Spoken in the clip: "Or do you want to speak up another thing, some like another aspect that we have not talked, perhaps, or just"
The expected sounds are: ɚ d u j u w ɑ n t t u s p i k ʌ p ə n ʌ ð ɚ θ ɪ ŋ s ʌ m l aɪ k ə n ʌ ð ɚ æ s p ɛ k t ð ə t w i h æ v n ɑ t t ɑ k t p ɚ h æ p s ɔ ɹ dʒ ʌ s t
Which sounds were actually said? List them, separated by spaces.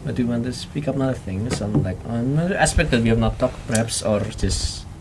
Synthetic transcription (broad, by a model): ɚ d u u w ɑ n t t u s p i k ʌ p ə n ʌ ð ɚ θ ɪ ŋ s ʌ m l aɪ k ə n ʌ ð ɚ æ s p ɛ k t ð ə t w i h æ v n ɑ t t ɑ k p ɚ h æ p s ɔ ɹ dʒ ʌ s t